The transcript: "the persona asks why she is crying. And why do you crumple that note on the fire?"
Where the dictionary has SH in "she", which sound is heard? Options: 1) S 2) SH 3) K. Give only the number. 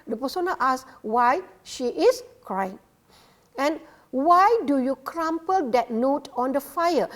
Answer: 2